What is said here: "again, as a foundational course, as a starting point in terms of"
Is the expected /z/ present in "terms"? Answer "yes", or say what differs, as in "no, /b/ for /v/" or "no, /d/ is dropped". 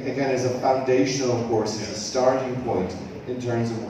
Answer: yes